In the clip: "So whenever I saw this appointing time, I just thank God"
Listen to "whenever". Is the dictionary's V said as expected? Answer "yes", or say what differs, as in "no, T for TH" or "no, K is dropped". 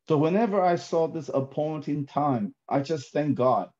yes